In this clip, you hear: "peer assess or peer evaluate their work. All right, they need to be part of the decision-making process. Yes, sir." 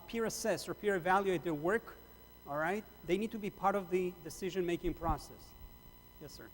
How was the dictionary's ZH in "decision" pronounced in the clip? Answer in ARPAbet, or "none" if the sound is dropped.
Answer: ZH